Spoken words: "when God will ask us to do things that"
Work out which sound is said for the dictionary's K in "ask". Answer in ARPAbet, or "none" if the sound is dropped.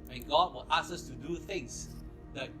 none